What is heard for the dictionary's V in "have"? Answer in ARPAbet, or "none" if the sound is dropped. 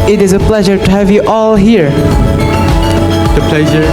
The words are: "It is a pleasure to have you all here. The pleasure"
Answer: V